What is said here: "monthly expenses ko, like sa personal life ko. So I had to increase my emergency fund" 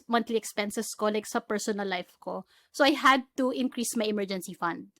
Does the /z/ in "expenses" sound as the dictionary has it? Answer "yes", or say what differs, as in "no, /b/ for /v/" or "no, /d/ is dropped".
no, /s/ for /z/